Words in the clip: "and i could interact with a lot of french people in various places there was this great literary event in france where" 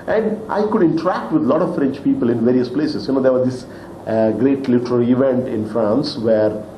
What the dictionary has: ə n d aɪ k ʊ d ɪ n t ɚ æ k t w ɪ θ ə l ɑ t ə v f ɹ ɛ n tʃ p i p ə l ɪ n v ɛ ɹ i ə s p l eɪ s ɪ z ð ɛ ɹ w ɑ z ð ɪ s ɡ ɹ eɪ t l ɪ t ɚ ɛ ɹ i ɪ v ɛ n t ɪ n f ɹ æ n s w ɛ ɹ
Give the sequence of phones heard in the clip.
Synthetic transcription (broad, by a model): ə n d aɪ k ʊ d ɪ n t ɚ æ k t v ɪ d l ɑ t ə v f ɹ ɛ n tʃ p i p ə l ɪ n v ɛ ɹ i ə s p l eɪ s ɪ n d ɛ ɹ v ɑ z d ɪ s ɡ ɹ eɪ t l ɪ t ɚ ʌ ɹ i ɪ v ɛ n t ɪ n f ɹ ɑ n s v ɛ ɹ